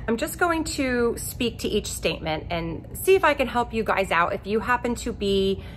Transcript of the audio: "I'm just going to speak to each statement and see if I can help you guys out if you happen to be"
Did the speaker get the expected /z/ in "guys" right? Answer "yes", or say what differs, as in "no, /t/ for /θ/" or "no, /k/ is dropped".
yes